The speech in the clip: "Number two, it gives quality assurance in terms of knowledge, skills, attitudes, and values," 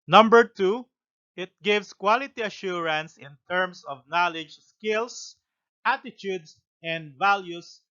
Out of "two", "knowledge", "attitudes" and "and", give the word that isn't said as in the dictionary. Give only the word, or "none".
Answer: attitudes